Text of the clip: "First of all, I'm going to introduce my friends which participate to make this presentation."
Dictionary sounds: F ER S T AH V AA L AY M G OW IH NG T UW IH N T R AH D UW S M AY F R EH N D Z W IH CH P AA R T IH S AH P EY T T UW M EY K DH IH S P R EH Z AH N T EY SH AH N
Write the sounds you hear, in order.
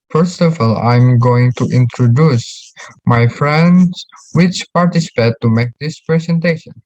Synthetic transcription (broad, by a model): F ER S T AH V AA L AY M G OW IH NG T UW IH N T R AH D UW S M AY F R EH N D S W IH CH P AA R T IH S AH P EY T T UW M EY K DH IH S P R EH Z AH N T EY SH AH N